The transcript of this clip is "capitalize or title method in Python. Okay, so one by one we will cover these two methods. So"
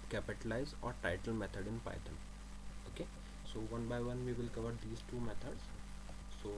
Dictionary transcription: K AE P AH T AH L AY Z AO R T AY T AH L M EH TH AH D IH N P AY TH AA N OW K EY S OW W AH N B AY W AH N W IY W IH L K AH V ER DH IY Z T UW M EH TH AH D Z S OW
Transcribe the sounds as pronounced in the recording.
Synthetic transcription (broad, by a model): K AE P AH T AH L AY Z AO R T AY T AH L M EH T AH D IH N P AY T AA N OW K EY S OW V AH N B AY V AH N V IY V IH L K AH V ER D IY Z T UW M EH T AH D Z S OW